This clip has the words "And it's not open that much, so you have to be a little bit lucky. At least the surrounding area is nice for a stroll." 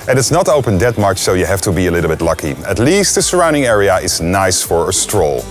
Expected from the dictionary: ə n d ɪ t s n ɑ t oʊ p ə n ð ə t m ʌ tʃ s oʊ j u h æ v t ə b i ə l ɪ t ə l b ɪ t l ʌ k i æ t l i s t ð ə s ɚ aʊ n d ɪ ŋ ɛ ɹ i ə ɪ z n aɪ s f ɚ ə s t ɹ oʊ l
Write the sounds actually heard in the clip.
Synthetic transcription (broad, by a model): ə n ɪ t s n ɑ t oʊ p ə n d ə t m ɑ tʃ s oʊ j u h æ f t ə b i ə l ɪ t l b ɪ t l ʌ k i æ t l i s t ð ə s ɚ aʊ n d ɪ ŋ ɛ ɹ i ə ɪ z n aɪ s f ɚ ə s t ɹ oʊ l